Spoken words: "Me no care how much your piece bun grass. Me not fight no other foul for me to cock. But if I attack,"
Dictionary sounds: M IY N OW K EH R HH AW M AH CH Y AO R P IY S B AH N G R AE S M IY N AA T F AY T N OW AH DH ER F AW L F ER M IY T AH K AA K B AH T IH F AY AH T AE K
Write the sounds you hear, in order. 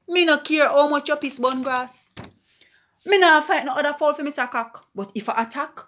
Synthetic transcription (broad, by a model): M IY N OW K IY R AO M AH CH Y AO P IY S B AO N G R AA S M IY N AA F AY T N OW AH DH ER F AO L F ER M IY S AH K AA K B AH T IH F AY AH T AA K